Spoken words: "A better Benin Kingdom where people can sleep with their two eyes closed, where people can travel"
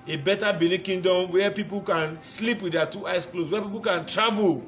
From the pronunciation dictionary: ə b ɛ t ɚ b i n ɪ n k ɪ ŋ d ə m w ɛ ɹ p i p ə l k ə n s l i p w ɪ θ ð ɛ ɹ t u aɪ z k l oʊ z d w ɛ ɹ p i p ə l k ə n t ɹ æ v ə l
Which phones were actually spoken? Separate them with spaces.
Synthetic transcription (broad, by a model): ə b ɛ t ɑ b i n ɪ k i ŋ d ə m w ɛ p i p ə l k ə n s l i p w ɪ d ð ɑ t u aɪ s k l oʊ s w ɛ p i p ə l k ə n t ɹ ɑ v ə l